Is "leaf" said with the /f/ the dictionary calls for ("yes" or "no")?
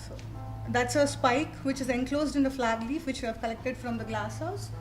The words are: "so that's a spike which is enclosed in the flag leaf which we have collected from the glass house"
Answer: yes